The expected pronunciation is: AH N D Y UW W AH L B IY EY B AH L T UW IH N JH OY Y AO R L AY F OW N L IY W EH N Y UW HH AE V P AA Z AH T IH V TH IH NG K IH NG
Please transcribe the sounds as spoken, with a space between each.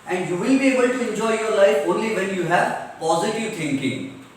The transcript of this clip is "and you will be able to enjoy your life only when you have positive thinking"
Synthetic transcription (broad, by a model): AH N D Y UW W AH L B IY EY B AH L T UW IH N JH OY Y AO R L AY F OW N L IY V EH N Y UW HH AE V P AA Z AH T IH V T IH NG K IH NG